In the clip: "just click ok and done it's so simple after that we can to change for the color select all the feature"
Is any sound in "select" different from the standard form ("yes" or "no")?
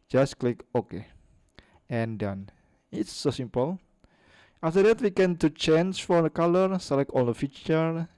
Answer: yes